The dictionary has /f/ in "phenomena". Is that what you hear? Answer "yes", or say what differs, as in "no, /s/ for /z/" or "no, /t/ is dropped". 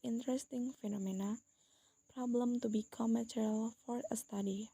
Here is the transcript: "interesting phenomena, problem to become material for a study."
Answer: yes